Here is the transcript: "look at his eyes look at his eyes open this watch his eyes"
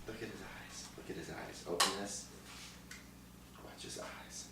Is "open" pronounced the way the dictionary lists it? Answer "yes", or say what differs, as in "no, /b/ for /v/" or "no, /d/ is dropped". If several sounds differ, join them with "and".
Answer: yes